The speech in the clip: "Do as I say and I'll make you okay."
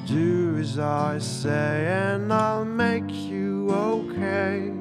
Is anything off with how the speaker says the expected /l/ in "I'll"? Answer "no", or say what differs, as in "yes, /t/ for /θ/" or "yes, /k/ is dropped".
no